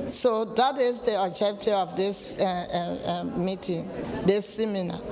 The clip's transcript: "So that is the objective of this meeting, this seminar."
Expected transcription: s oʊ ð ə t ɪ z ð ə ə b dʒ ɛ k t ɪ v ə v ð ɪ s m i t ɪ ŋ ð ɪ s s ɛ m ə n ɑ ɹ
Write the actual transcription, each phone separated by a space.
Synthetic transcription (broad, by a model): s oʊ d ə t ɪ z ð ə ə dʒ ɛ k t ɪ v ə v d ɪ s m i t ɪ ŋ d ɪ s s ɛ m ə n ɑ